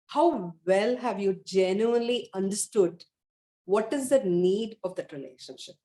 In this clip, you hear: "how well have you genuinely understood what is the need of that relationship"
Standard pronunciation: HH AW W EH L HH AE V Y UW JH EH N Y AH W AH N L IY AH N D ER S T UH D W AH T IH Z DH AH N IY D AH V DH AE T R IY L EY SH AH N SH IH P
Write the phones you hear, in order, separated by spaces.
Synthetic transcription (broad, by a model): HH AW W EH L HH AE V Y UW JH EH N Y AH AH N L IY AH N D ER S T UH D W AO T IH Z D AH N IY D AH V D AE T R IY L EY SH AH N SH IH P